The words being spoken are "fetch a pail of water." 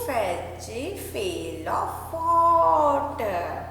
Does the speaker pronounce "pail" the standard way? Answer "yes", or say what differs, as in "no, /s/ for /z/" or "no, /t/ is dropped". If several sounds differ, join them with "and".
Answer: no, /f/ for /p/